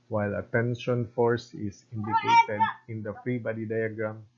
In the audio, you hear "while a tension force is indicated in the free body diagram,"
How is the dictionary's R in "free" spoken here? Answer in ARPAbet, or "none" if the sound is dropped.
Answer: R